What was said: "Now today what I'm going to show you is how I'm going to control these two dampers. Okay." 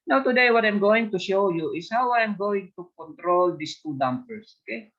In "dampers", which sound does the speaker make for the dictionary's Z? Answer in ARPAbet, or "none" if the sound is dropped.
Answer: S